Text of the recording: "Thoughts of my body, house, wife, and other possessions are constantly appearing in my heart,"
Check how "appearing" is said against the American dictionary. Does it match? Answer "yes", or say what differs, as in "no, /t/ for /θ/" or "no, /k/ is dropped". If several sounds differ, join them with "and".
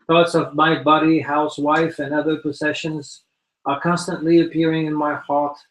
yes